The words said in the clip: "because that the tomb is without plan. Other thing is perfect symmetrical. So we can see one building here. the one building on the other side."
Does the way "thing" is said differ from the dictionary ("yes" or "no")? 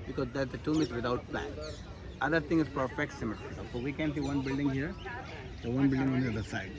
yes